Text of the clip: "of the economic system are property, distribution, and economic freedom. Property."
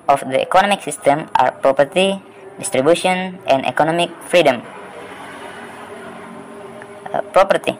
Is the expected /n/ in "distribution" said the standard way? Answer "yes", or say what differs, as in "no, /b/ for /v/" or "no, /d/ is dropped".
no, /n/ is dropped